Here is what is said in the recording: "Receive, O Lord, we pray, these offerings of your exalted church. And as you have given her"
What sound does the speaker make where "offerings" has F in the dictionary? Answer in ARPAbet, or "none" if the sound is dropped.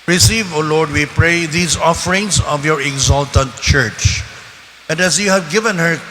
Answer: F